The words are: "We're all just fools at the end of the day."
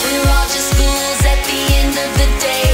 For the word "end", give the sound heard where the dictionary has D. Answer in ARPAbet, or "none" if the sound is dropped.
D